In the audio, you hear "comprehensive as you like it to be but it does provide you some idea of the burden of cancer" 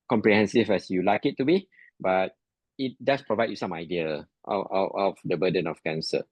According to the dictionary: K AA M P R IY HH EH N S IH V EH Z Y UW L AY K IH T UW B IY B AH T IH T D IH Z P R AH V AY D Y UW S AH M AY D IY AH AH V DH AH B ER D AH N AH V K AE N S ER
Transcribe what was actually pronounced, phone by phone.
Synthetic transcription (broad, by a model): K AA M P R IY HH EH N S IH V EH S Y UW L AY K IH T UW B IY B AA T IH T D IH S P R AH V AY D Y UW S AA M AY D IY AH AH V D AH B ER D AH N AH F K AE N S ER